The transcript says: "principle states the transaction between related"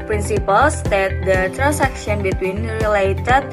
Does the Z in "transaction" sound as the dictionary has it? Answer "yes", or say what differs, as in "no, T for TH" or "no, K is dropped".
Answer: no, S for Z